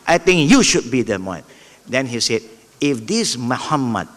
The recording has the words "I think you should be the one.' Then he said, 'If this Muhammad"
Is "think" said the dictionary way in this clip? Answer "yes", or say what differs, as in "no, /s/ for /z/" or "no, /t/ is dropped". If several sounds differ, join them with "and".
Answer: no, /t/ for /θ/